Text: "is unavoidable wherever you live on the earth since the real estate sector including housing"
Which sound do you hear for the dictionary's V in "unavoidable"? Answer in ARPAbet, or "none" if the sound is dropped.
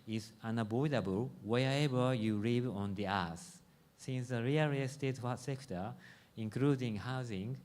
B